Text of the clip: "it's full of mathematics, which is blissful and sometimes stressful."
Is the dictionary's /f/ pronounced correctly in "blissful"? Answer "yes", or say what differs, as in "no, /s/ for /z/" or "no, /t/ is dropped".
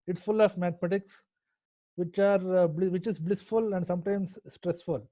yes